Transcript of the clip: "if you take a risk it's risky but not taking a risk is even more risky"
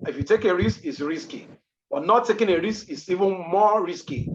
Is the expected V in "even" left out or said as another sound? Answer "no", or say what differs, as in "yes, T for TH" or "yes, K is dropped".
no